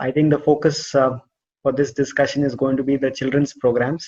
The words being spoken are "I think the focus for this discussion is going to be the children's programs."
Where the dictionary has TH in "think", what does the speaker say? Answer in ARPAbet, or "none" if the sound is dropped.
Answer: T